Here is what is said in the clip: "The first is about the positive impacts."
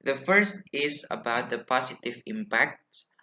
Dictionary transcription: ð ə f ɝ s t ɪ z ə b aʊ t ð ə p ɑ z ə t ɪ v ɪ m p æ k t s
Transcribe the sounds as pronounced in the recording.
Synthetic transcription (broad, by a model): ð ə f ɝ s t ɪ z ə b aʊ t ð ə p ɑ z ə t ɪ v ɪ m p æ k t s